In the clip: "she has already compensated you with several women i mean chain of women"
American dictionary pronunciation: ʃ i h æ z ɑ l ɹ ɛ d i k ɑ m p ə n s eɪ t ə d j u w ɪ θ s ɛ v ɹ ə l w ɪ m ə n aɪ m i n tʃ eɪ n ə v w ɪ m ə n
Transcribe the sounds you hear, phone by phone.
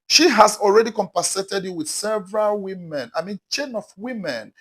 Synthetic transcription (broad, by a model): ʃ i h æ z ɑ l ɹ ɛ d i k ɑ m p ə s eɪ t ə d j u w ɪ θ s ɛ v ɹ ə l w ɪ m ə n aɪ m i n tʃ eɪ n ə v w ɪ m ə n